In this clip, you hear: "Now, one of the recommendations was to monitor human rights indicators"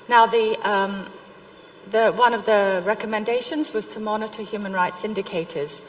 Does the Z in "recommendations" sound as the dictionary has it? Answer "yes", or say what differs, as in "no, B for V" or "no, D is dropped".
yes